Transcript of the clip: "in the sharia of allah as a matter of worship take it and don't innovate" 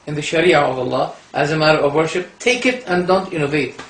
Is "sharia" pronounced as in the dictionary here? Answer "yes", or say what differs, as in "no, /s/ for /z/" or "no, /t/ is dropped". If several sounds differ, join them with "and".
yes